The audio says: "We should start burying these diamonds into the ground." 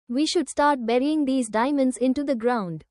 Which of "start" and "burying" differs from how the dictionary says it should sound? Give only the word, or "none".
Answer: none